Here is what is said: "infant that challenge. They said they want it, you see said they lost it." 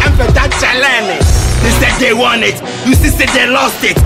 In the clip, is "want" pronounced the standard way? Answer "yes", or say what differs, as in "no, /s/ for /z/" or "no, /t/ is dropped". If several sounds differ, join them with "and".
no, /t/ is dropped